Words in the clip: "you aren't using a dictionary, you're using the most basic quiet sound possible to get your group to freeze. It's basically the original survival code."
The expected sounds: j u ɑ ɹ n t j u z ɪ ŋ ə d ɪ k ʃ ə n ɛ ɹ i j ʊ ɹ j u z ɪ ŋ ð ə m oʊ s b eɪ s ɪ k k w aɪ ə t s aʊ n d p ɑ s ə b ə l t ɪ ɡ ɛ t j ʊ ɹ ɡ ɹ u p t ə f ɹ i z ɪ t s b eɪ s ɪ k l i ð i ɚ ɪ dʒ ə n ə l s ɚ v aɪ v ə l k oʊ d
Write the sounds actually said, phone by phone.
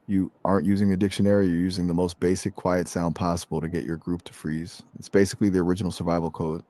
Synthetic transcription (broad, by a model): j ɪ ɑ ɹ n t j u z ɪ ŋ ə d ɪ k ʃ ə n ɛ ɹ i j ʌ ɹ j u z ɪ ŋ ð ə m oʊ s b eɪ s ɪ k k w aɪ ə t s aʊ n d p ɑ s ə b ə l t ɪ ɡ ɛ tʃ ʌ ɹ ɡ ɹ u p t ə f ɹ i z ɪ t s b eɪ s ɪ k l i ð i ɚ ɪ dʒ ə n l s ɚ v aɪ v l k oʊ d